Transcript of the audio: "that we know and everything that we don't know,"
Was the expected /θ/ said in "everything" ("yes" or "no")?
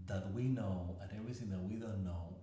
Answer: yes